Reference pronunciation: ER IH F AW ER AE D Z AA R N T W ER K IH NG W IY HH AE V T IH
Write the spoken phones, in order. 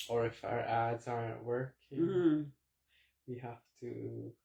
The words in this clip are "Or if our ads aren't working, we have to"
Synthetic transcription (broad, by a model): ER IH F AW ER AE D Z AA R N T W ER K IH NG W IY HH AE F T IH